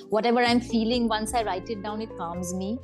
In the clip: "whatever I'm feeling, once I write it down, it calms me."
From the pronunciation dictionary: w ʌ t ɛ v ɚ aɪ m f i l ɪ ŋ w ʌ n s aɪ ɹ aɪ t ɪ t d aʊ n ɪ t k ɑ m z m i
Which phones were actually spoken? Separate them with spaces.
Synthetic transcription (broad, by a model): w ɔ t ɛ v ɚ aɪ m f i l ɪ ŋ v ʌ n s aɪ ɹ aɪ t ɪ t d aʊ n ɪ t k ɑ m z m i